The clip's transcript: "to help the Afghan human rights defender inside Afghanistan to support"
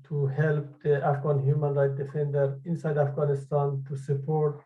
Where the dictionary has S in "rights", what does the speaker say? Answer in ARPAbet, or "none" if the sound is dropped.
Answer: none